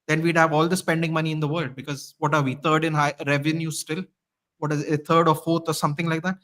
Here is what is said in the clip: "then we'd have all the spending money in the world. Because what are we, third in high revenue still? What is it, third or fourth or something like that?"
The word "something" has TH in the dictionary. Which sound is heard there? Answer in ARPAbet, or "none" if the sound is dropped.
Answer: T